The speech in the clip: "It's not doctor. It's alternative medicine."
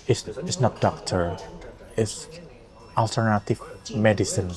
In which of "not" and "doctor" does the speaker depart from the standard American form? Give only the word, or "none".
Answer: none